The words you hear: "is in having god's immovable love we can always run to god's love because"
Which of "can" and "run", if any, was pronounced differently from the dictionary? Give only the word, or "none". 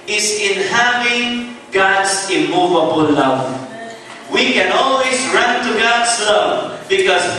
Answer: none